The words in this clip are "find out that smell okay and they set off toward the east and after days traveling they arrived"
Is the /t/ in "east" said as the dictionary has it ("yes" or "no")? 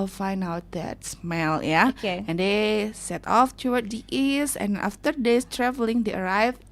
no